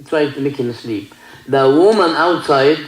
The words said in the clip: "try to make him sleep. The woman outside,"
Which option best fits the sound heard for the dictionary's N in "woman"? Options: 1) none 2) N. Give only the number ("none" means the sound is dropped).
2